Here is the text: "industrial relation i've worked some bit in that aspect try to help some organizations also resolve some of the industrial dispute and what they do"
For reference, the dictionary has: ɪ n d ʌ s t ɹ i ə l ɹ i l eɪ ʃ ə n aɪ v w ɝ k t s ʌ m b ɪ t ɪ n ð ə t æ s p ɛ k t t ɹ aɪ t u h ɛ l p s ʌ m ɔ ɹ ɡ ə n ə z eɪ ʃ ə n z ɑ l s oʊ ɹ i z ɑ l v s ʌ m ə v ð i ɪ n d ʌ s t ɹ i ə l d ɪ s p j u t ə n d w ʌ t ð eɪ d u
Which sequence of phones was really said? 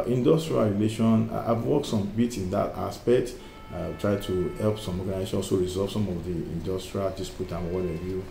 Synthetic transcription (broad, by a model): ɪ n d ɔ s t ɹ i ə l ɹ i l eɪ ʃ ə n aɪ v w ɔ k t s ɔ m b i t ɪ n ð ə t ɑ s p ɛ k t t ɹ aɪ t u h ɛ l p s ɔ m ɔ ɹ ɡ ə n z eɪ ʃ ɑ s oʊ ɹ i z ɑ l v s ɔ m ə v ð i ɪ n d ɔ s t ɹ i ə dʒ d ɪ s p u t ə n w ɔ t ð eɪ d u